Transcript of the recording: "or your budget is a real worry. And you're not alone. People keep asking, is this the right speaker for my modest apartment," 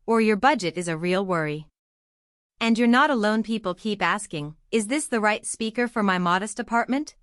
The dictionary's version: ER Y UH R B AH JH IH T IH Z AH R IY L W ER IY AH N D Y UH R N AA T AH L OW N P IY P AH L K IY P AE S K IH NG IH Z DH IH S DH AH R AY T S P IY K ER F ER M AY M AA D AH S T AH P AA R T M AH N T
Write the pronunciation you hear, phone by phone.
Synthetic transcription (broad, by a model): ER Y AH R B AH JH IH T IH Z AH R IY L W ER IY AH N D Y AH R N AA T AH L OW N P IY P L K IY P AE S K IH NG IH Z DH IH S DH AH R AY T S P IY K ER F ER M AY M AA D AH S T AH P AA R T M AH N T